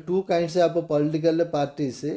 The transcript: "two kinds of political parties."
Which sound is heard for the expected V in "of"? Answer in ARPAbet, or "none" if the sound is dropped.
P